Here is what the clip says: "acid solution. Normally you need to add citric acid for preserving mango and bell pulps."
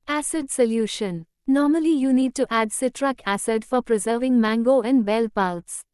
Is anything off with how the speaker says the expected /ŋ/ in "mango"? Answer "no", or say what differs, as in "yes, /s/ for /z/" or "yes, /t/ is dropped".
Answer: no